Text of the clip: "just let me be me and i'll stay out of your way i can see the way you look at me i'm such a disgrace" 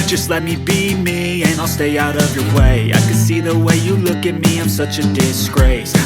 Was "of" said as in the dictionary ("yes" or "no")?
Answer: yes